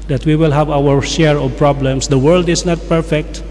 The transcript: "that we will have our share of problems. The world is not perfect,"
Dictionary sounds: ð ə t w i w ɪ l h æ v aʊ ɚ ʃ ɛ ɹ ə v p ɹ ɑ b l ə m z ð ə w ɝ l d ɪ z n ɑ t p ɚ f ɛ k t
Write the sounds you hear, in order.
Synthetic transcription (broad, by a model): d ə t w i w ɪ l h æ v aʊ ɚ ʃ ɛ ɹ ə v p ɹ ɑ b l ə m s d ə w ɝ l d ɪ s n ɑ t p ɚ f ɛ k t